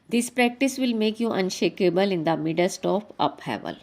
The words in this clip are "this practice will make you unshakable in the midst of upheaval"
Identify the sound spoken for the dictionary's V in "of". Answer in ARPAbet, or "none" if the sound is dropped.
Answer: P